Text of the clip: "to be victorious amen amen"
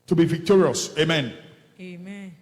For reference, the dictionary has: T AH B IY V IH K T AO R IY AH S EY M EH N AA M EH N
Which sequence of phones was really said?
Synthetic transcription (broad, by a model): T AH B IY V IH K T AO R IY AH S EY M M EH N